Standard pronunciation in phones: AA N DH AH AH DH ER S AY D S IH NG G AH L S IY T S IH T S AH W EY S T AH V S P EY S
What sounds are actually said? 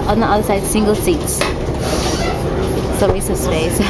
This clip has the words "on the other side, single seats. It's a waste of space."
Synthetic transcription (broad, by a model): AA N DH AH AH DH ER S AY D S IH NG G AH L S IY T S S AH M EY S AH S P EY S